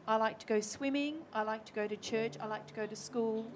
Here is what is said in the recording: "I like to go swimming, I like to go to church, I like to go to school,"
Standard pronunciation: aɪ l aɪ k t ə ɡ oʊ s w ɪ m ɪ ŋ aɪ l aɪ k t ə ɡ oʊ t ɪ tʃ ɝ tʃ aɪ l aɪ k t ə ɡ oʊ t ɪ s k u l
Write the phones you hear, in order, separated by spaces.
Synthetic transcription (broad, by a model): aɪ l aɪ k t ə ɡ oʊ s w ɪ m ɪ ŋ aɪ l aɪ k t ə ɡ oʊ t ɪ tʃ ɝ tʃ aɪ l aɪ k t ə ɡ oʊ t ɪ s k u l